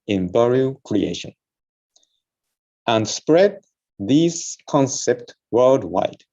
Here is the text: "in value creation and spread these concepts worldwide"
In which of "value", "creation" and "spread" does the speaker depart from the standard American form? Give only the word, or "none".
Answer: value